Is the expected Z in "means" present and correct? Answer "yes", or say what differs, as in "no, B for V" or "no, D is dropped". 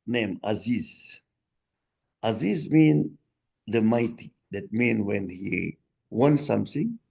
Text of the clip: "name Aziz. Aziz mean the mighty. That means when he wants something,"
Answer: no, Z is dropped